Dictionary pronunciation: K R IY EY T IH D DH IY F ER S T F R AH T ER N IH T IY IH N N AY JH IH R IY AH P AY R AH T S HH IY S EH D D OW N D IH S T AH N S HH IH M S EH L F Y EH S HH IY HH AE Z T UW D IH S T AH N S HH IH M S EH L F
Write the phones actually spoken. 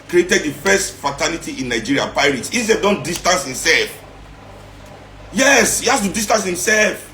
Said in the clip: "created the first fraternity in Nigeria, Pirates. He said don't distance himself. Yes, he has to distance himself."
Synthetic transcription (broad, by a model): K R IY EY T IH D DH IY F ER S T F R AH T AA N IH T IY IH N N AY JH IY R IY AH P AY R AH T S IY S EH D D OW N D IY S T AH N S HH IH M S EH L F Y EH S HH IY HH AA S T UW D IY S T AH N S HH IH M S EH L F